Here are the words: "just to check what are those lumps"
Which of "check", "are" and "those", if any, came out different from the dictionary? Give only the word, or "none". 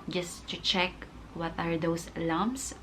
those